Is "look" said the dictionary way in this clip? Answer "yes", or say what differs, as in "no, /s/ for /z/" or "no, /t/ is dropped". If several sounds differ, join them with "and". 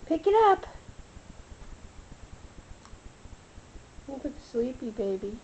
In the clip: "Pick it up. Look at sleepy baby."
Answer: no, /w/ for /l/